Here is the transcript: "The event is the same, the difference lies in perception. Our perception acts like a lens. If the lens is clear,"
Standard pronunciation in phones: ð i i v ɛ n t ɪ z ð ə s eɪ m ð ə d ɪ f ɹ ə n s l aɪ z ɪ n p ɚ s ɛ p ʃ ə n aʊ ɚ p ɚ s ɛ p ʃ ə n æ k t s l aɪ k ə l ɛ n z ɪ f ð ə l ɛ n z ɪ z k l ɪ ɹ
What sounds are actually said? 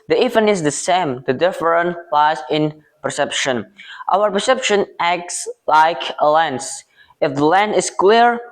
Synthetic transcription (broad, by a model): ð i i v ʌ n ɪ z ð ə s eɪ m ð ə d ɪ f ɹ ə n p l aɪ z ɪ n p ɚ s ɛ p ʃ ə n aʊ ɚ p ɚ s ɛ p ʃ ə n æ k t s l aɪ k ə l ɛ n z ɪ f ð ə l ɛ n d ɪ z k l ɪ ɹ